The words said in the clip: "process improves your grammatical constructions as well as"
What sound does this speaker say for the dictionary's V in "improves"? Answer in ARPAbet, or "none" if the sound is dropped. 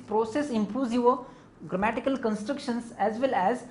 none